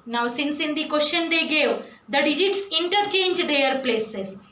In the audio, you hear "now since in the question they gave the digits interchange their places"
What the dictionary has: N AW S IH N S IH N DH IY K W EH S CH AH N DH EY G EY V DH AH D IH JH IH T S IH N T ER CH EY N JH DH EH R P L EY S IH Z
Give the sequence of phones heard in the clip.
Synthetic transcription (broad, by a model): N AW S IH N S IH N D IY K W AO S SH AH N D EY G EY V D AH D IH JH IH T S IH N T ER CH EY N JH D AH R P L EY S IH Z